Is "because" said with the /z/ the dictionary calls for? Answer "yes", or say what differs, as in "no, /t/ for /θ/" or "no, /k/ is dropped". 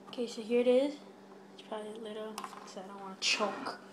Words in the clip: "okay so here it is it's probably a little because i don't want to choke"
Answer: no, /z/ is dropped